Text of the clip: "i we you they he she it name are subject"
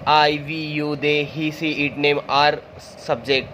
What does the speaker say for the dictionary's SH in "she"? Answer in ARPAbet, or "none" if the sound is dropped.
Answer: S